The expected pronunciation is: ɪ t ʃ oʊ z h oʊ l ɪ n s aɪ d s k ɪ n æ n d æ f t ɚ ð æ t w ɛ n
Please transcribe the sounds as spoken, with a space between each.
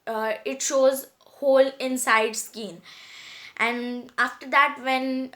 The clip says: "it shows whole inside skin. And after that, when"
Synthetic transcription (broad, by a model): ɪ t ʃ oʊ z h oʊ l ɪ n s aɪ d s k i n æ n d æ f t ɚ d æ t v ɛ n